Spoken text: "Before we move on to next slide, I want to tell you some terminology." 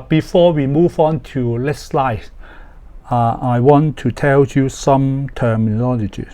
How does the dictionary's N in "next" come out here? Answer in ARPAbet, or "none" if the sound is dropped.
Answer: L